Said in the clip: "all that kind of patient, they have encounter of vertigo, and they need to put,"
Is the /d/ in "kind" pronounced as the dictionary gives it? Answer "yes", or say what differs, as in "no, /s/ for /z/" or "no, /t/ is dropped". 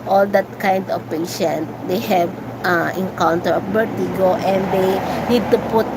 yes